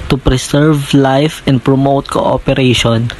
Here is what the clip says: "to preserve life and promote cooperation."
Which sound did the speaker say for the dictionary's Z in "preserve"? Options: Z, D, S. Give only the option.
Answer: S